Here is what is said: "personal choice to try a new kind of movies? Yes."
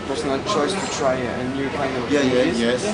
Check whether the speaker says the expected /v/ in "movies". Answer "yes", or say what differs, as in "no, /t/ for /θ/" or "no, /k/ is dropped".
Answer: no, /v/ is dropped